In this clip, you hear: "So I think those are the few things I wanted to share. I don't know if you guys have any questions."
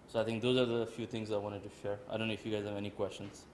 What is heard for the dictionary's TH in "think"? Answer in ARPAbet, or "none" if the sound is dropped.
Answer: T